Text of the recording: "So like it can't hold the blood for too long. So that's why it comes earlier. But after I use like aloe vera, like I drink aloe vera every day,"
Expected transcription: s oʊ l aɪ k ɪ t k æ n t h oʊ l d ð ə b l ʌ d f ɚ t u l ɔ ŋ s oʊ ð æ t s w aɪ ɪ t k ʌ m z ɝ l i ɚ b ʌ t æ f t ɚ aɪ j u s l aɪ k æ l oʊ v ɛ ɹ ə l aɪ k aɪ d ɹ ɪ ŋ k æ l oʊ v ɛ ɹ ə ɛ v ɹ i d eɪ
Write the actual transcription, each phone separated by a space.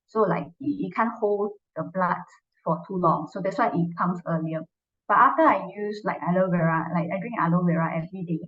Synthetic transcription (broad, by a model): s oʊ l aɪ k ɪ t k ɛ n h oʊ l d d ə b l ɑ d f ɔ t u l ɔ ŋ s oʊ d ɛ t s w aɪ ɪ t k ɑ m s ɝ l i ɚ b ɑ t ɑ f t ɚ aɪ j u s l aɪ k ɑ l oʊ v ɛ ɹ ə l aɪ k aɪ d ɹ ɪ ŋ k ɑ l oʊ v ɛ ɹ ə ɛ v ɹ i d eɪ